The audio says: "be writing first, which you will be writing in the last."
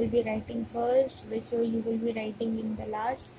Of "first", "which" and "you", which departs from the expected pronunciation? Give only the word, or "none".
which